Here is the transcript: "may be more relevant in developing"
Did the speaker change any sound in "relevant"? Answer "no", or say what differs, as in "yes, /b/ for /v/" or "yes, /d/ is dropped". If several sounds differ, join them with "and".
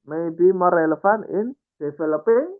yes, /f/ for /v/ and /t/ is dropped